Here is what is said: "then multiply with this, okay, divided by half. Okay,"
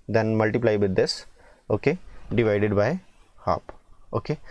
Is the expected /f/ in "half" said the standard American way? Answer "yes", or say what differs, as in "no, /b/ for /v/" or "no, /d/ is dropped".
no, /p/ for /f/